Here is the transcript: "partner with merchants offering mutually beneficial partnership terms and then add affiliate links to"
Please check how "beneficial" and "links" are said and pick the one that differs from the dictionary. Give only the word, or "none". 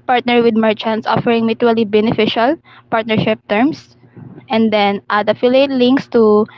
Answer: none